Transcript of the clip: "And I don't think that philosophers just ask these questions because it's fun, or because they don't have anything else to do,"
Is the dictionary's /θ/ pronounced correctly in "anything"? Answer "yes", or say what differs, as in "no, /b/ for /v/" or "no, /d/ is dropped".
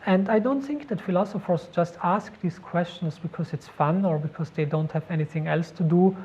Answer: yes